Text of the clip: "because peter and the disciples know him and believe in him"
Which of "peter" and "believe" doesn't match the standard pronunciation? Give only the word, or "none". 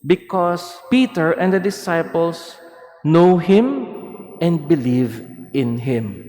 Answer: none